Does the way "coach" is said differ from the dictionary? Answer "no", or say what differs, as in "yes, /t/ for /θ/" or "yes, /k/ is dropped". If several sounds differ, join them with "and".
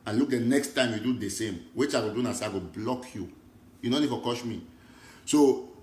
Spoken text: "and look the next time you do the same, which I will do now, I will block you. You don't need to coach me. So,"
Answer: yes, /ʃ/ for /tʃ/